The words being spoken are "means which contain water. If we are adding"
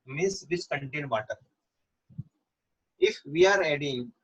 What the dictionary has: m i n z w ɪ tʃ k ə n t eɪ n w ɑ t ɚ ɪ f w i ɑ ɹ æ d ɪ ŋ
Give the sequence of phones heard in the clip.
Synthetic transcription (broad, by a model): m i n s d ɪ s k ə n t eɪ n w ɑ t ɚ ɪ f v i ɑ ɹ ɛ d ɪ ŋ